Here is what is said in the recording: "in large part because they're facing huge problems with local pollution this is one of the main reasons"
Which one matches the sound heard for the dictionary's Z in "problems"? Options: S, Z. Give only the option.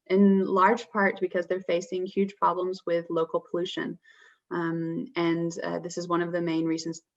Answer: Z